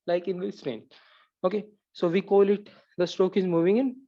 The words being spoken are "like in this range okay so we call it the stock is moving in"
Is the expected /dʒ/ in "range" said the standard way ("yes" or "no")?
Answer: no